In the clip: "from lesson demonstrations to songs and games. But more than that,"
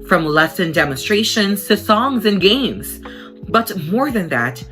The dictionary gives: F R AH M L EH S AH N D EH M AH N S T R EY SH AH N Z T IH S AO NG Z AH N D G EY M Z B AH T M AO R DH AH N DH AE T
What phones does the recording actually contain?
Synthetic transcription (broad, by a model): F R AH M L EH S AH N D EH M AH N S T R EY SH AH N Z T IH S AO NG Z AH N G EY M Z B AH T M AO R DH AH N DH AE T